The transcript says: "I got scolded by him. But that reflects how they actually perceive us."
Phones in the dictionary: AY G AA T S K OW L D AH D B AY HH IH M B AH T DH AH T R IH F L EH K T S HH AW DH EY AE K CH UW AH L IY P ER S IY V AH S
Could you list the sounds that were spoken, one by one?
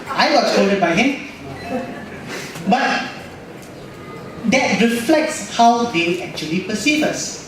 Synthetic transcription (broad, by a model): AY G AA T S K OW D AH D B AY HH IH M B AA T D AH T R IH F L EH K T S HH AW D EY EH K CH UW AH L IY P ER S IY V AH S